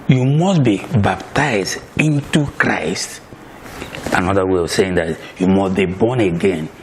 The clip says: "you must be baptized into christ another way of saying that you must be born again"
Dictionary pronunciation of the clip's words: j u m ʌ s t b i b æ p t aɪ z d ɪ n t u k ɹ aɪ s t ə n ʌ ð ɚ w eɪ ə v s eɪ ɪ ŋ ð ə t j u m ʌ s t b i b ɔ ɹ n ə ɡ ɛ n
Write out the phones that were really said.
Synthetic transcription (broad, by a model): j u m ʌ s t b i b æ p t aɪ z d ɪ n t u k ɹ aɪ s t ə n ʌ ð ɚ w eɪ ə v s eɪ ɪ ŋ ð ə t j u m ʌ s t b i b ɔ n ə ɡ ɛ n